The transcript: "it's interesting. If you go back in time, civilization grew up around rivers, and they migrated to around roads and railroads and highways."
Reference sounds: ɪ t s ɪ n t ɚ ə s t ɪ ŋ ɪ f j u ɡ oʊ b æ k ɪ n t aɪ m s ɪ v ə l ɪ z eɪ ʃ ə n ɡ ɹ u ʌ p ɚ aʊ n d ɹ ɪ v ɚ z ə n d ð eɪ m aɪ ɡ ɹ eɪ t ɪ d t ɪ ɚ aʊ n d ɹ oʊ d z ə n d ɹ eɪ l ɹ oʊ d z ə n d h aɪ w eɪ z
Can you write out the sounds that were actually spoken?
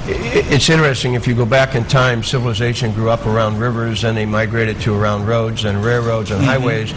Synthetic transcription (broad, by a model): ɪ t s ɪ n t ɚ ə s t ɪ ŋ ɪ f j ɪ ɡ oʊ b æ k ɪ n t aɪ m s ɪ v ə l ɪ z eɪ ʃ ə n ɡ ɹ u ʌ p ɚ aʊ n d ɹ ɪ v ɚ z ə n ð eɪ m aɪ ɡ ɹ eɪ t ɪ d t ɪ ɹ aʊ n d ɹ oʊ d z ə n ɹ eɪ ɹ ɹ oʊ d z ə n h aɪ w eɪ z